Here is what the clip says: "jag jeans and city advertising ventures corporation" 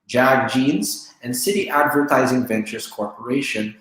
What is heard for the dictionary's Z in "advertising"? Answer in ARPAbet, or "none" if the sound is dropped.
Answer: Z